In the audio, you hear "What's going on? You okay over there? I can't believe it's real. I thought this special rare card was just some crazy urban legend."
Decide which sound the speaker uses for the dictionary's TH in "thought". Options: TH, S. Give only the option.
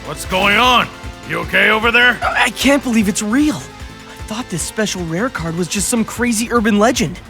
TH